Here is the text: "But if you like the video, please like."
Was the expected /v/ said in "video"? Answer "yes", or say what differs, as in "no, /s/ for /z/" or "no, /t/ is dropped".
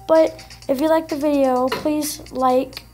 yes